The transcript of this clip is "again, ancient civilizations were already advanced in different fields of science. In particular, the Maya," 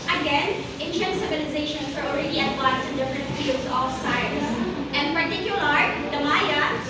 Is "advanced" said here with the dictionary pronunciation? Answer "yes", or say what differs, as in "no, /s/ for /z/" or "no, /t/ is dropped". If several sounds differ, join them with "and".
no, /t/ is dropped